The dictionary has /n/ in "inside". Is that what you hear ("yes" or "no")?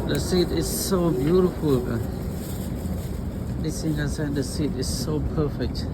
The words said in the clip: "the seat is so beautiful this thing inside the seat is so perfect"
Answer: no